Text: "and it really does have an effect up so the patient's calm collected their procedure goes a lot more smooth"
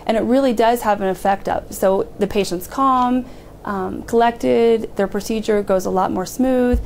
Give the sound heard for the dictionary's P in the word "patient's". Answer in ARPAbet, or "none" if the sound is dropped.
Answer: P